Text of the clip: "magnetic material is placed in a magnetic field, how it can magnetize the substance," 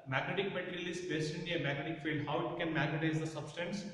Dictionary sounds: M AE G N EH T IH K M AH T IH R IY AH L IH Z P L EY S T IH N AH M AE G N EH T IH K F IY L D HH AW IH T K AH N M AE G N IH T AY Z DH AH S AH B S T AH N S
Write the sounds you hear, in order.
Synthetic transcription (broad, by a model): M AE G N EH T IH K M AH T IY R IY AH L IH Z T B EY S T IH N AH M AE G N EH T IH K F IY L D HH AW IH T K AH N M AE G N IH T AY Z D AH S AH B S T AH N S